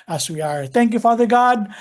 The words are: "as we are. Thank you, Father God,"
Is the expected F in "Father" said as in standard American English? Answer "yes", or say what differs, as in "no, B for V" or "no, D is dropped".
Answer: yes